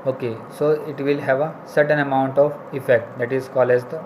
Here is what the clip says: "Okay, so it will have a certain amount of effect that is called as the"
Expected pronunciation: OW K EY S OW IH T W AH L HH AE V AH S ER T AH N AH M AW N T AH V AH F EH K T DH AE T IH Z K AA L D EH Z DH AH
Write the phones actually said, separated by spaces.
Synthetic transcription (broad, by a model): OW K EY S OW IH T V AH L HH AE V AH S ER T AH N AH M AW N T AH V AH F EH K T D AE T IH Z K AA L EH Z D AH